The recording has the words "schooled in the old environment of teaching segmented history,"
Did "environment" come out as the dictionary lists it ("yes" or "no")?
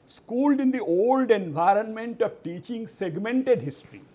yes